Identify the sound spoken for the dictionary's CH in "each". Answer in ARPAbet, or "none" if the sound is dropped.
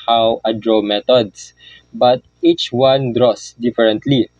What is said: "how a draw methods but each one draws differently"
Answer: CH